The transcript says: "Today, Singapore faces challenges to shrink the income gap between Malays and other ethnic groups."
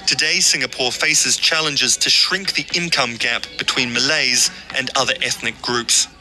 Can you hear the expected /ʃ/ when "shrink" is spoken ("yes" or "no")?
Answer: yes